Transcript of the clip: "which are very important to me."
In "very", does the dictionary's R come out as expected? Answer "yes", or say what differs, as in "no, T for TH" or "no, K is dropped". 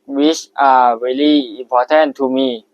no, L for R